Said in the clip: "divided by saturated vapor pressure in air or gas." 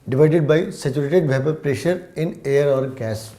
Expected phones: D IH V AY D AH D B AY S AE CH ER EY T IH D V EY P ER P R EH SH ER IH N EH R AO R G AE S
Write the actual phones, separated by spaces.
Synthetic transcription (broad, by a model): D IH V AY D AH D B AY S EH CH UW EY T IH D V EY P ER P R EH SH ER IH N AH R AO R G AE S